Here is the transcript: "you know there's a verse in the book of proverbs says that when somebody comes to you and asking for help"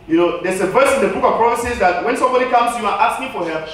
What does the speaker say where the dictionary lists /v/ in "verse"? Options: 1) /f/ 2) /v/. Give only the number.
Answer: 2